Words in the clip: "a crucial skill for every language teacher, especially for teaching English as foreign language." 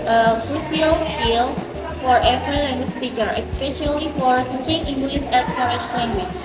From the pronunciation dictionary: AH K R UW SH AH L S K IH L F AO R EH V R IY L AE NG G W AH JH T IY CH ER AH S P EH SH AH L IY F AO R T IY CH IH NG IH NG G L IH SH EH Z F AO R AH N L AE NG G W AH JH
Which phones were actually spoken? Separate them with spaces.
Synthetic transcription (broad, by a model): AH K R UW S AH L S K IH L F AO R EH V R IY L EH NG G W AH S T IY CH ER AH S P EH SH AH L IY F AO R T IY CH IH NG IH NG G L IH S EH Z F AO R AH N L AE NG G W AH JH